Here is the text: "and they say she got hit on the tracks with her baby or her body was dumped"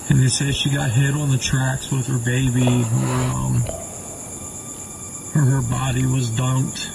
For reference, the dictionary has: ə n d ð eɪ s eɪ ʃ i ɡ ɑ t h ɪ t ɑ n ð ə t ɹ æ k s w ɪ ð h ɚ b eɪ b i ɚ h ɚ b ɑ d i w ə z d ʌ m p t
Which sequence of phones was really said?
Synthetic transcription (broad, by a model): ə n ð eɪ s eɪ ʃ i ɡ ɑ t h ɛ t n ð ə t ɹ æ k s w ɪ ð ɚ b eɪ b i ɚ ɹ ɚ b ɑ d i w ə z d ʌ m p t